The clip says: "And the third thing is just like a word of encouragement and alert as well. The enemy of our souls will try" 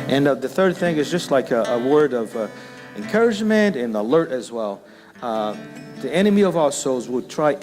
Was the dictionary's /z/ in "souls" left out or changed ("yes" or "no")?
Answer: no